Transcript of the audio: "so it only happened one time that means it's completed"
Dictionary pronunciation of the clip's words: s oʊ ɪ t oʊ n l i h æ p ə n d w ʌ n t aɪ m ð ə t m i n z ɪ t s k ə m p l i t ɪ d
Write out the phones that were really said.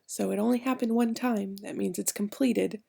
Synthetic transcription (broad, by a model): s oʊ ɪ t oʊ n l i h æ p ə n d w ʌ n t aɪ m ð ə t m i n z ɪ t s k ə m p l i t ɪ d